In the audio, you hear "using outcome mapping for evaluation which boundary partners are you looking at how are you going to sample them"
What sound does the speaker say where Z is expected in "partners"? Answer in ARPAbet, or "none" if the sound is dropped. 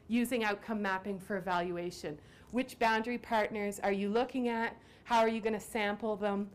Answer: Z